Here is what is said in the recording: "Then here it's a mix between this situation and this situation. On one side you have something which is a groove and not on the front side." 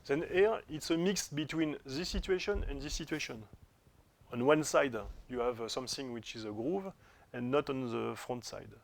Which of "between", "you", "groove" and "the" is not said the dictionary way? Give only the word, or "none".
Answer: none